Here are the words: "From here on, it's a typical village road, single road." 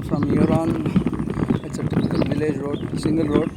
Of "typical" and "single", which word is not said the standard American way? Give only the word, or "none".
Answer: typical